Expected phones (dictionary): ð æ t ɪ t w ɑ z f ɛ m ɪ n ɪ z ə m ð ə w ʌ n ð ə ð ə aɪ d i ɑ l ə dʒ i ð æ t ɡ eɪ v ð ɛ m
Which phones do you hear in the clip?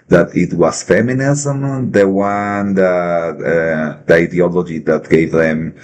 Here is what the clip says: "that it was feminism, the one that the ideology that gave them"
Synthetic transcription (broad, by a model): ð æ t ɪ t w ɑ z f ɛ m ɪ n ɪ z ə m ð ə w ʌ n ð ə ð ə aɪ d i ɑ l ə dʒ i ð æ t ɡ eɪ v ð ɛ m